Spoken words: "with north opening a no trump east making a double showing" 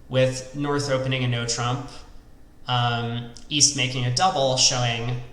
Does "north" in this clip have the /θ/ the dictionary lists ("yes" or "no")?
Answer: yes